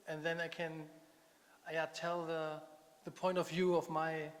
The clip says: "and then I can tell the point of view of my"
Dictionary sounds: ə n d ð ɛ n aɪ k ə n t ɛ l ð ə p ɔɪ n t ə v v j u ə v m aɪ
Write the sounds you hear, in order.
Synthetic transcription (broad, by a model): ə n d ð ɛ n aɪ k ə n t ɛ l ð ə p ɔɪ n t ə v v j u ə v m aɪ